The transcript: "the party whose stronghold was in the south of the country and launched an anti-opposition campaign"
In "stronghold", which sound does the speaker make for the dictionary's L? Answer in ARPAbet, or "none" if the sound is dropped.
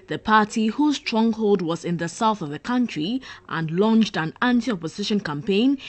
L